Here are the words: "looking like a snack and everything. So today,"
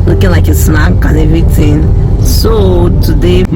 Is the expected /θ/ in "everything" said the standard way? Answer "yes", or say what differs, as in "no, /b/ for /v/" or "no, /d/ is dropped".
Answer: no, /t/ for /θ/